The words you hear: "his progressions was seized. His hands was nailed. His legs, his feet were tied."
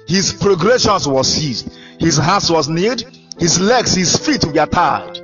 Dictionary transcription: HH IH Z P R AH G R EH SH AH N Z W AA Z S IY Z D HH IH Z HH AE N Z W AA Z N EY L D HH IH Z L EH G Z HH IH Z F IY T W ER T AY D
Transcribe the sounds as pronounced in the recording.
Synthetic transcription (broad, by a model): HH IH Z P R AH G R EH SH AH N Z W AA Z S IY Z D HH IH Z HH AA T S W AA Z N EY D HH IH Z L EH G S HH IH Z F IY T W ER T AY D